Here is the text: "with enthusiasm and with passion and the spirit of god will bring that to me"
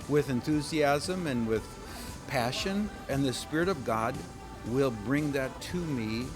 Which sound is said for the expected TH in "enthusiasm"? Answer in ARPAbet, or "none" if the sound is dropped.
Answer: TH